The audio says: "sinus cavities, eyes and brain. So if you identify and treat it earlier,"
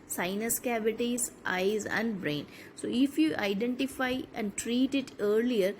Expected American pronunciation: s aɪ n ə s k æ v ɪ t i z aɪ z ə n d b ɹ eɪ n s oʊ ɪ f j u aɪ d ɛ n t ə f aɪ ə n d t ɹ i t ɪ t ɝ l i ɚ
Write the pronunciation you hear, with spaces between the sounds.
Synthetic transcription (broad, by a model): s aɪ n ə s k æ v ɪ t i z aɪ z ə n d b ɹ eɪ n s oʊ ɪ f j u aɪ d ɛ n t ə f aɪ ə n d t ɹ i t ɪ t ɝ l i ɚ